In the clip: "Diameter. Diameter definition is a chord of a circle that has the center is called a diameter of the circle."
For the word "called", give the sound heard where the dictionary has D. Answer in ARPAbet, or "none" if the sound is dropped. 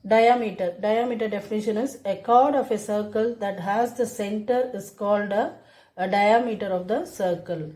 D